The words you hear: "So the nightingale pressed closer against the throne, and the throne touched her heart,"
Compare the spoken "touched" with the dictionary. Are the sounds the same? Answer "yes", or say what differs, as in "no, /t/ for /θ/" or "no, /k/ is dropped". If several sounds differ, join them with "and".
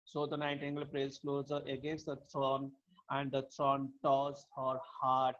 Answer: no, /s/ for /tʃ/